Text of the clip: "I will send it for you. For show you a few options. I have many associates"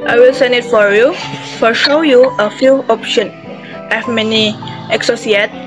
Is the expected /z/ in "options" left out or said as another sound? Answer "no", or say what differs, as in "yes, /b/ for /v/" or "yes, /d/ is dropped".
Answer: yes, /z/ is dropped